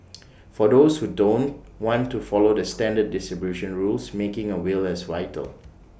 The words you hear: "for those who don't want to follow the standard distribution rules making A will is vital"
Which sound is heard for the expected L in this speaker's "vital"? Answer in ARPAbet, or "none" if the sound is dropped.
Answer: L